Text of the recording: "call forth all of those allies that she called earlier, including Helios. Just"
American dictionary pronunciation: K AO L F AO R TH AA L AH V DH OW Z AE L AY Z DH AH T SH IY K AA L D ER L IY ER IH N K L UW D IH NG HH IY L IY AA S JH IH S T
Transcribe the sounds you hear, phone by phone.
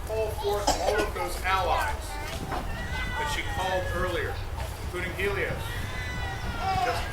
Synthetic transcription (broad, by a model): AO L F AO R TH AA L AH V DH OW Z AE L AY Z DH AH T SH IY K AA L D ER L IY ER IH N K L UW D IH NG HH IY L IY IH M